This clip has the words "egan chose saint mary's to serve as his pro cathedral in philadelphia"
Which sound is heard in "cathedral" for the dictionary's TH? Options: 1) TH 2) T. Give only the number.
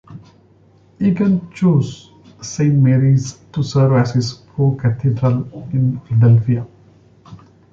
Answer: 2